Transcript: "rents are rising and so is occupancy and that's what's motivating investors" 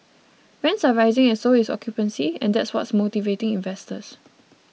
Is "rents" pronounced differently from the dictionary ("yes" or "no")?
yes